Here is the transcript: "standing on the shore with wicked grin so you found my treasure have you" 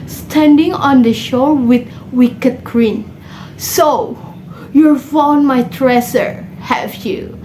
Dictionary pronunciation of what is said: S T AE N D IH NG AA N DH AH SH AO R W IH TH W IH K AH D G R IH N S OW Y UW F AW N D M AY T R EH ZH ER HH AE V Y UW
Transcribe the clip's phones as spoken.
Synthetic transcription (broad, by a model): S T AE N D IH NG AA N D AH SH AO R W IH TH W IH K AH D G R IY N S OW Y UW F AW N M AY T R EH S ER HH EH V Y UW